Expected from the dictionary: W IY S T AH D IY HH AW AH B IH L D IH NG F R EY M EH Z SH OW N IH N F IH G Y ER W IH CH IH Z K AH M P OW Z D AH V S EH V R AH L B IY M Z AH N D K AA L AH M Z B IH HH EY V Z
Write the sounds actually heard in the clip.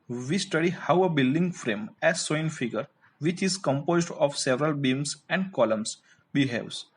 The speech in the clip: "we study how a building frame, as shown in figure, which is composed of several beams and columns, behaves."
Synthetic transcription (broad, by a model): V IY S T AH D IY HH AW AH B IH L D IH NG F R EY M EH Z S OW IH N F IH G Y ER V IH CH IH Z K AH M P OW Z D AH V S EH V R AH L B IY M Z AH N D K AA L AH M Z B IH HH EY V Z